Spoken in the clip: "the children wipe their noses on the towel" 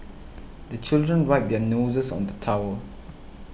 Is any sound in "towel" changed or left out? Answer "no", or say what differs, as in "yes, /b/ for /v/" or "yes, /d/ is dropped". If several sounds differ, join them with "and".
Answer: yes, /w/ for /l/